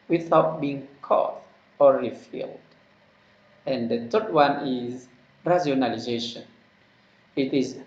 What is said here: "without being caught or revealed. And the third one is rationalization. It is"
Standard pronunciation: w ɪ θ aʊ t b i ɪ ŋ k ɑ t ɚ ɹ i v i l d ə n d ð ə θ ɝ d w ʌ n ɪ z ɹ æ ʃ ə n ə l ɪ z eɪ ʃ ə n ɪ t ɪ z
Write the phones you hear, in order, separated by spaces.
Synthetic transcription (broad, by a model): w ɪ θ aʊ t b i ɪ ŋ k ɑ t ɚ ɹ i f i l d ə n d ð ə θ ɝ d w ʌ n ɪ z ɹ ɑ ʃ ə n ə l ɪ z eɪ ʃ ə n ɪ t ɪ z